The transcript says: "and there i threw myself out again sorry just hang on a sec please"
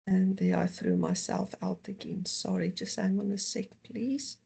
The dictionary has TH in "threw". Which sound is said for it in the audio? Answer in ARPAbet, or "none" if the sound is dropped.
TH